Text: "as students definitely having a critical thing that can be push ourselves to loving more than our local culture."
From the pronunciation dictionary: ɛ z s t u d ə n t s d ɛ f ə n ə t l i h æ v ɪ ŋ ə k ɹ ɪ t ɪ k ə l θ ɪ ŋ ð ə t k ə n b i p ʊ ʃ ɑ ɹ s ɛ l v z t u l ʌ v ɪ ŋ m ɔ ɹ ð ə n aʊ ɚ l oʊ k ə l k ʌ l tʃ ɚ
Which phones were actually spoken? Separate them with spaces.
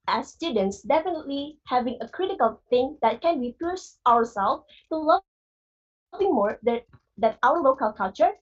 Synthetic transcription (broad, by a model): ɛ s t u d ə n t s d ɛ f ə n ə t l i h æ v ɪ ŋ ə k ɹ ɪ t ɪ k ə l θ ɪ ŋ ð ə t k ə n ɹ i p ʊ s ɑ ɹ s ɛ l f t u l ʌ v ɪ ŋ m ɔ ɹ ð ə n aʊ ɚ l oʊ k ə l k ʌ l tʃ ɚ